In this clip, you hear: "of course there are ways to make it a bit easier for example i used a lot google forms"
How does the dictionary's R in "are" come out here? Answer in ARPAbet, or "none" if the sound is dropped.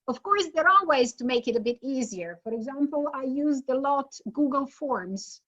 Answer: L